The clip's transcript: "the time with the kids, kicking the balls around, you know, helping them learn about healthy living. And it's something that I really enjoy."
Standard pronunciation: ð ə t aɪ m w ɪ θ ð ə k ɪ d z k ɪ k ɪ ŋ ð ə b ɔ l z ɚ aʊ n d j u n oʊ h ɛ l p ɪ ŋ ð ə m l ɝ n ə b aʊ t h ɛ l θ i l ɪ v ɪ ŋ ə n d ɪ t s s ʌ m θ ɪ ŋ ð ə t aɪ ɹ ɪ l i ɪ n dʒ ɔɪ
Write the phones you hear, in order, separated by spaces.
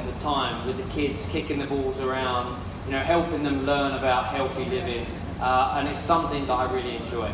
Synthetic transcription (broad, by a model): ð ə t aɪ m w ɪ ð ə k ɪ d z k ɪ k ɪ ŋ ð ə b ɔ l z ɚ aʊ n d j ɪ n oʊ h ɛ l p ɪ ŋ ð ə m l ɝ n ə b aʊ t h ɛ l θ i l ɪ v ɪ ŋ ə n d ɪ t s s ʌ m θ ɪ ŋ ð ə t aɪ ɹ ɪ l i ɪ n dʒ ɔɪ